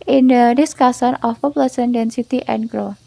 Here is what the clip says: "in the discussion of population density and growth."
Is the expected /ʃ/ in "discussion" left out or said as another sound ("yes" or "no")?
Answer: yes